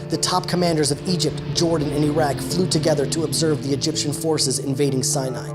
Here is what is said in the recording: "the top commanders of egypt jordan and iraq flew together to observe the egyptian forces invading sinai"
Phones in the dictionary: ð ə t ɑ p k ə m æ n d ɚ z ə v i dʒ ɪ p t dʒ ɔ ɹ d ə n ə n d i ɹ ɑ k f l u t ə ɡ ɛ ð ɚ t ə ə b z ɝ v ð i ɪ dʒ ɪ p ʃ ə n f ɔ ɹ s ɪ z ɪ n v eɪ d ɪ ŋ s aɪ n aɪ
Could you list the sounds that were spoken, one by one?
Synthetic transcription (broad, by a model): ð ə t ɑ p k ə m æ n d ɚ z ə v i dʒ ɪ p t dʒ ɔ ɹ d n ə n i ɹ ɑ k f l u t ə ɡ ɛ ð ɚ t ə ə b z ɝ v ð i ɪ dʒ ɪ p ʃ ə n f ɔ ɹ s ɪ z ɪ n v eɪ d ɪ ŋ s aɪ n aɪ